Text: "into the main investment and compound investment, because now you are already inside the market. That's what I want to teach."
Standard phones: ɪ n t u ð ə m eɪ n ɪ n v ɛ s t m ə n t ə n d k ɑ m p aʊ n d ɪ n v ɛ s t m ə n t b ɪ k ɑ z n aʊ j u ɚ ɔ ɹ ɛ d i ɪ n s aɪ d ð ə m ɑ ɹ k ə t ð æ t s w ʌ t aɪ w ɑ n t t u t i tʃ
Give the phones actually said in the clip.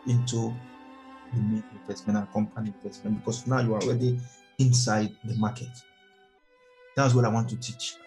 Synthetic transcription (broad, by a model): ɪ n t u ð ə m eɪ n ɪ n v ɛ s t m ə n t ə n k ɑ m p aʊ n ɪ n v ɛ s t m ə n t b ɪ k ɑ s n aʊ j u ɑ ɔ ɹ ɛ d i ɪ n s aɪ d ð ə m ɑ k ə t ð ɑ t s w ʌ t aɪ w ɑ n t t u t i tʃ